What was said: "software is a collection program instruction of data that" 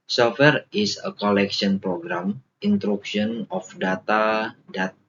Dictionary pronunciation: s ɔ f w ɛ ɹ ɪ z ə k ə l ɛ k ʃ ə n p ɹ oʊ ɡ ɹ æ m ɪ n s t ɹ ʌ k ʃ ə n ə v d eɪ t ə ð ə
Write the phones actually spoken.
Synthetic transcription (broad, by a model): s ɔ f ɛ ɹ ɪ s ə k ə l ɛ k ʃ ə n p ɹ oʊ ɡ ɹ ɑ m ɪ n t ɹ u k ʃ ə n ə f d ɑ t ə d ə